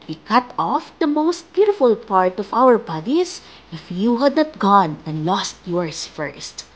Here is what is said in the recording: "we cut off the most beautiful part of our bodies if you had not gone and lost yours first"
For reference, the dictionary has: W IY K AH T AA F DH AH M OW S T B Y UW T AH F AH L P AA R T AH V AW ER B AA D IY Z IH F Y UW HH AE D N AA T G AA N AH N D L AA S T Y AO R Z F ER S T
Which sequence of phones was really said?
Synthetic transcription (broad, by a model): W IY K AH T AA F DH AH M OW S T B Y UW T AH F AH L P AA R T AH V AW ER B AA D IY S IH F Y UW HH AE D N AA T G AA N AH N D L AA S T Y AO R S F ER S T